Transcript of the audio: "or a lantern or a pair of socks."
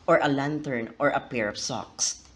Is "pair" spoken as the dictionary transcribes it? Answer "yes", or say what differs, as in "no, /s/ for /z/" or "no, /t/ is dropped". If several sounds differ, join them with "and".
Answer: yes